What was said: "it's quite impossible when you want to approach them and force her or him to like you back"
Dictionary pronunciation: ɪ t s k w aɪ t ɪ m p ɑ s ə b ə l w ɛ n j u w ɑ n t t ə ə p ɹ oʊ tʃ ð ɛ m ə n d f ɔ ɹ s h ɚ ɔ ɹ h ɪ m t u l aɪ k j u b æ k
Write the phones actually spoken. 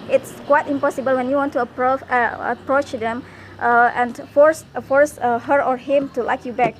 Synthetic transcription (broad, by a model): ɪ t s k w aɪ t ɪ m p ɑ s ə b ə l w ɛ n j u w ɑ n t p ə ə p ɹ oʊ tʃ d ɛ m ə n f f ɔ ɹ s h ɚ ɔ ɹ h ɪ m t u l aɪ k j u b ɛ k